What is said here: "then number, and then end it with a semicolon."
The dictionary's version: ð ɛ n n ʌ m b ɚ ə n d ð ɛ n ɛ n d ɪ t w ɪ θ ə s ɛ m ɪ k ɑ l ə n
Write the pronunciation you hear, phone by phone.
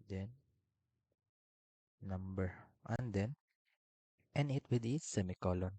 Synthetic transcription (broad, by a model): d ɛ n n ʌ m b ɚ ə n d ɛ n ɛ n ɪ t w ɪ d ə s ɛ m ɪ k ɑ l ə n